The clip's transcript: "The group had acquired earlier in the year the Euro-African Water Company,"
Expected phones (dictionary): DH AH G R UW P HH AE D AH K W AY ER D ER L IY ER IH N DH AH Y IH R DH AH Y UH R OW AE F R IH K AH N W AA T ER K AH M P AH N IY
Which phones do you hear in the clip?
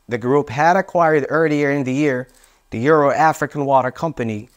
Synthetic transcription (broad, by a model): DH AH G R UW P HH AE D AH K W AY ER D ER L IY ER IH N DH AH Y IH R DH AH Y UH R OW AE F R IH K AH N W AA T ER K AH M P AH N IY